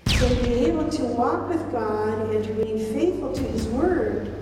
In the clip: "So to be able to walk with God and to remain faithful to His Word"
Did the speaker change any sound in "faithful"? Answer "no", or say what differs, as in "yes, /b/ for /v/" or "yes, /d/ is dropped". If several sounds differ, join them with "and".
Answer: no